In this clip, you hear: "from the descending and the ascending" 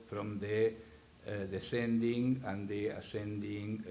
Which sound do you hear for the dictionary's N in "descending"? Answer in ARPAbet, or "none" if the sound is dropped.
N